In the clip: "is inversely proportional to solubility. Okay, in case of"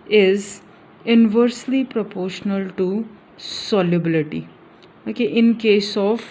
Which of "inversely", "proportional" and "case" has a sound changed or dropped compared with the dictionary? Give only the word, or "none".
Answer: none